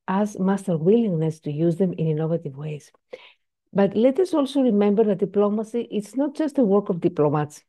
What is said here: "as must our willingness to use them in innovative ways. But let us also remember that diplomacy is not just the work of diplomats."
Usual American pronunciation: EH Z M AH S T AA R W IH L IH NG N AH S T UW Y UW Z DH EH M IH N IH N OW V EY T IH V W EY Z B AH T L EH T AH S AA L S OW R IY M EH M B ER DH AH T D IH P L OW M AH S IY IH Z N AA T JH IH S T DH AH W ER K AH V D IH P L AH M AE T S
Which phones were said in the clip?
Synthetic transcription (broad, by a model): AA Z M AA S T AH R W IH L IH NG N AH S T UW Y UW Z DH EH M IH N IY N OW V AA T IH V W EY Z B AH T L EH T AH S AA L S OW R IY M EH M B ER DH AH T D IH P L OW M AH S IY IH S N AA T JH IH S T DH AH W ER K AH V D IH P L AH M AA T S